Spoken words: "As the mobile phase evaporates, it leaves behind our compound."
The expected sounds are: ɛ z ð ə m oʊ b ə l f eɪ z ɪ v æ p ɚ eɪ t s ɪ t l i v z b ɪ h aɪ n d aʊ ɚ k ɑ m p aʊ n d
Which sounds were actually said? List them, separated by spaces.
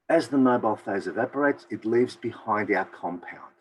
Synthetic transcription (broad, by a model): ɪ z ð ə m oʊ b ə l f eɪ z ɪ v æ p ɚ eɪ t s ɪ t l i v z b ɪ h aɪ n d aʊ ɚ k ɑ m p aʊ n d